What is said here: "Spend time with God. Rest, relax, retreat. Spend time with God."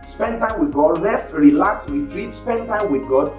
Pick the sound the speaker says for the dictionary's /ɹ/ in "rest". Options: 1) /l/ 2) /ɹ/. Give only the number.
1